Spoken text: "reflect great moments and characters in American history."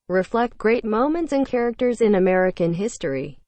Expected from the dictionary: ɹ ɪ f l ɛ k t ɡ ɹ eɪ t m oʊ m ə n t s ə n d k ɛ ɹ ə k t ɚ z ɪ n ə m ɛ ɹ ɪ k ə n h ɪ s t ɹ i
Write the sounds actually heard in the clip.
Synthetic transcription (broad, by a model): ɹ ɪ f l ɛ k t ɡ ɹ eɪ t m oʊ m ə n t s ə n k ɛ ɹ ə k t ɚ z ɪ n ə m ɛ ɹ ɪ k ə n h ɪ s t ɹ i